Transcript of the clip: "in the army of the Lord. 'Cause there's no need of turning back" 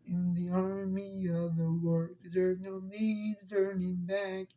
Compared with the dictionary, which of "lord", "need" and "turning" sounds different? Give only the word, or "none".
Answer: lord